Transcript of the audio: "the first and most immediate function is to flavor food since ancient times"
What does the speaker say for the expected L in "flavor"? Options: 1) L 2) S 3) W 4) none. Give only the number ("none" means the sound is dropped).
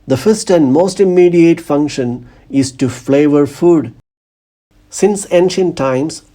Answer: 1